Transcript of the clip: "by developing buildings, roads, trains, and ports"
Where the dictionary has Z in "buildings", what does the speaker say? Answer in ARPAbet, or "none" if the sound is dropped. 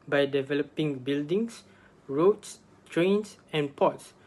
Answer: S